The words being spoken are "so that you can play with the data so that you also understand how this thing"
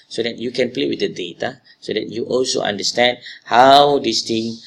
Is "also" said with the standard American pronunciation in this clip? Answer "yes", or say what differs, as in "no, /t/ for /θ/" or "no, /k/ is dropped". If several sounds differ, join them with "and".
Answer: yes